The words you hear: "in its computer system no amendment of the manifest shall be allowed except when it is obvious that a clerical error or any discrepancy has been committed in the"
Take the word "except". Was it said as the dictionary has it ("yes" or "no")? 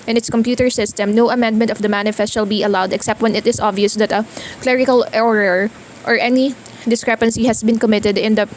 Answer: yes